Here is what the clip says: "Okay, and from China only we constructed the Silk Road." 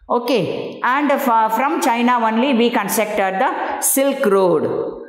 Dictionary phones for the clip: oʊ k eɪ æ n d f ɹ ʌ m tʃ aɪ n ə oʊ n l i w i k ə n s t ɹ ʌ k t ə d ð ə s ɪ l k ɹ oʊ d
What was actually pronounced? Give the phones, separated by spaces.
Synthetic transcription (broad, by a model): oʊ k eɪ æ n d f ɹ ʌ m tʃ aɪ n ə oʊ n l i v i k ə n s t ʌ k t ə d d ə s ɪ l k ɹ oʊ d